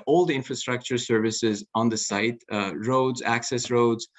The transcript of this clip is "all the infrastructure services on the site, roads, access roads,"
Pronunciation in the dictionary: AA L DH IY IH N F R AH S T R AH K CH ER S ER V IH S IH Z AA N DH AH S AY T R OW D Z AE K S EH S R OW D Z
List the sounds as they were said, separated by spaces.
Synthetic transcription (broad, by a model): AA L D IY IH N F R AH S T R AH K CH ER S ER V IH S IH Z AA N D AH S AY T R OW D Z AE K S EH S R OW D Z